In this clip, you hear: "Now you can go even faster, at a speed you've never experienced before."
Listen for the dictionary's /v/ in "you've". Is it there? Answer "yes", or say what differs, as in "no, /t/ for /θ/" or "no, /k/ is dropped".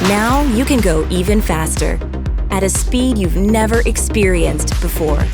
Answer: yes